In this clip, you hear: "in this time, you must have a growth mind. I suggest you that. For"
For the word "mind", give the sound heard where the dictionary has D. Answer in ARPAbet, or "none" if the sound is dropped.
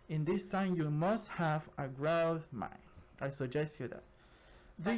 none